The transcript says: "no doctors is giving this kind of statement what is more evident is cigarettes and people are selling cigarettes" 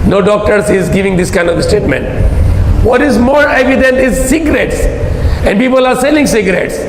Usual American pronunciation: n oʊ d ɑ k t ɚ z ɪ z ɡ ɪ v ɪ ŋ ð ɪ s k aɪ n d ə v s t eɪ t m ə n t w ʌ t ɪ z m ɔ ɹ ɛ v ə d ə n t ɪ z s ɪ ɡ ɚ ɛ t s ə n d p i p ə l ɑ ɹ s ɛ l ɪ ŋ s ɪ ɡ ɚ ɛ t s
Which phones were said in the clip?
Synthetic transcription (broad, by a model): n oʊ d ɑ k t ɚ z ɪ z ɡ ɪ v ɪ ŋ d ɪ s k aɪ n d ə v s t eɪ t m ə n t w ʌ t ɪ z m ɔ ɹ ɛ v ə d ə n t ɪ z s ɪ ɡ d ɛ t s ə n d p i p ə l ɑ ɹ s ɛ l ɪ ŋ s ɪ ɡ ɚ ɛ t s